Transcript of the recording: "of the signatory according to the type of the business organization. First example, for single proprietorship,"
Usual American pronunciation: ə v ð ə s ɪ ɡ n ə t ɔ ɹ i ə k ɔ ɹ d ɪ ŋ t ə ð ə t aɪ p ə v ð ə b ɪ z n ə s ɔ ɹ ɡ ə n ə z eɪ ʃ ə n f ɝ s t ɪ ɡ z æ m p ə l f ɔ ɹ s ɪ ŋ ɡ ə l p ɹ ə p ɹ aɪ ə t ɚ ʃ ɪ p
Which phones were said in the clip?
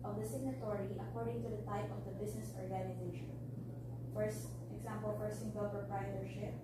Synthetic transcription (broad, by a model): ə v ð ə s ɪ ɡ n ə t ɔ ɹ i ə k ɔ ɹ d ɪ ŋ t ə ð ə t aɪ p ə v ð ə b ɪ s n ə s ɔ ɹ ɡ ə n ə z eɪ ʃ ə n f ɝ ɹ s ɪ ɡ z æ m p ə l f ɔ ɹ s ɪ ŋ ɡ ə l p ɹ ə p ɹ aɪ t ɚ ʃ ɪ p